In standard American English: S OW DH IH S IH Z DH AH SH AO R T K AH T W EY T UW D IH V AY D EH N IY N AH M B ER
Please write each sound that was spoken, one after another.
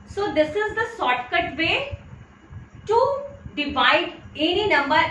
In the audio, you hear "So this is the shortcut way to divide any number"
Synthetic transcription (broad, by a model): S OW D IH S IH Z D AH S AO T K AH T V EY T UW D IH V AY D EH N IY N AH M B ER